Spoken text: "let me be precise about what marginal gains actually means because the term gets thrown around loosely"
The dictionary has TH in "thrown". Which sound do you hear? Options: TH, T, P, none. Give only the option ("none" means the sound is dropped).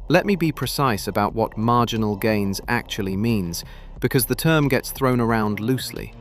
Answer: TH